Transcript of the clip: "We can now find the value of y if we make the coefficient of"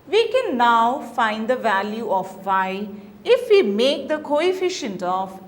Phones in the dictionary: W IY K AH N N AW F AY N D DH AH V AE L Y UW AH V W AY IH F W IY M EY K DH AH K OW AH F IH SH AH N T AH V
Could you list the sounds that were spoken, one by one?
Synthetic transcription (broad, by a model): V IY K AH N N AW F AY N D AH V AE L Y UW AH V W AY IH F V IY M EY K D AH K OW AH F IH SH AH N T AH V